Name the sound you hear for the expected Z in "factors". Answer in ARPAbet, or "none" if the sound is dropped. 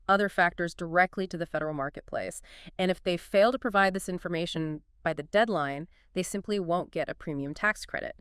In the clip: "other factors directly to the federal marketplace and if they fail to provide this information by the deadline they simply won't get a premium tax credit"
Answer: Z